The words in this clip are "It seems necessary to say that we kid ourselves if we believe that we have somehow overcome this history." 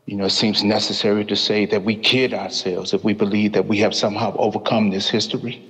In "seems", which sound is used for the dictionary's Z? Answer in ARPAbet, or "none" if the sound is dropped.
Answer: Z